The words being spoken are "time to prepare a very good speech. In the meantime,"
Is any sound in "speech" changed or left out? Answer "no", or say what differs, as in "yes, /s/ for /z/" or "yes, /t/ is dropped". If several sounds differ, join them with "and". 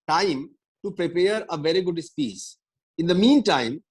yes, /s/ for /tʃ/